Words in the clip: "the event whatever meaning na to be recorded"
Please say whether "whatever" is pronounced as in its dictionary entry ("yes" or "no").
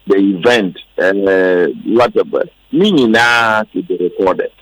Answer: no